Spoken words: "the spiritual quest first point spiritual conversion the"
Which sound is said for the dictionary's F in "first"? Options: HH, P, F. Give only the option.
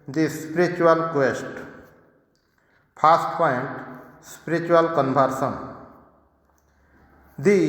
P